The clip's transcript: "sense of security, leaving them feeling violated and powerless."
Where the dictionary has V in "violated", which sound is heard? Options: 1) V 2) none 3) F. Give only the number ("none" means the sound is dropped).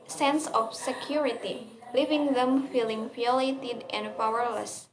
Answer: 3